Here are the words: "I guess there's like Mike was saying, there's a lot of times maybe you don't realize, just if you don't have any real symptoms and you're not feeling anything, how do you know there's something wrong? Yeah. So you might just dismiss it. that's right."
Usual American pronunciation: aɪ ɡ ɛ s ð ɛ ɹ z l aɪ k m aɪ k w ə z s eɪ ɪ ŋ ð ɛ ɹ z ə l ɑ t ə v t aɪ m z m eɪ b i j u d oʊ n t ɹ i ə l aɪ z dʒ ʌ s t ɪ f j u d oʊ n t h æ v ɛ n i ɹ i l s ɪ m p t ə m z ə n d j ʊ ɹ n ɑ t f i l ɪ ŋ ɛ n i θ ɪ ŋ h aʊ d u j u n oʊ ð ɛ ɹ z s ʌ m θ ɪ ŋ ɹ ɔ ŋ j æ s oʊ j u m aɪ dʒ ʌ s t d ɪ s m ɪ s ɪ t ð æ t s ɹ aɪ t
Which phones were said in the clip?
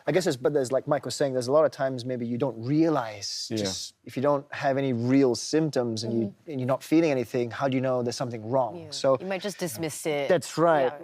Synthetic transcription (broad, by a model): aɪ ɡ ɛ s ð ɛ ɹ z l aɪ k m aɪ k w ə z s eɪ ɪ ŋ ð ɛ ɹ z ə l ɑ t ə v t aɪ m z m eɪ b i j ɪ d oʊ n t ɹ i ə l aɪ z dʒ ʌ s t ɪ f j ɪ d oʊ n t h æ v ɛ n i ɹ i l s ɪ m p t ə m z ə n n j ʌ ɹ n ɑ t f i l ɪ ŋ ɛ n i θ ɪ ŋ h aʊ d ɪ j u n oʊ ð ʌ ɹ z s ʌ m θ ɪ ŋ ɹ ɔ ŋ s oʊ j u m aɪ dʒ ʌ s d ɪ s m ɪ s ɪ t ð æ t s ɹ aɪ t